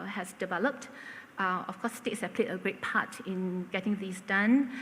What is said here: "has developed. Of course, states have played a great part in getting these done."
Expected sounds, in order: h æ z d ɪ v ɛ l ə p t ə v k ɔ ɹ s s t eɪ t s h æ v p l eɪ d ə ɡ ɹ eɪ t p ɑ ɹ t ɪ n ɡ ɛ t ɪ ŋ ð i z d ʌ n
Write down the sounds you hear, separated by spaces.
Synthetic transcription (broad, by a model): h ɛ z d ɪ v ɛ l ə p t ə f k ɔ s s t eɪ t s h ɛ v p l eɪ d ə ɡ ɹ eɪ t p ɑ t ɪ n ɡ ɛ t ɪ ŋ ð i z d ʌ n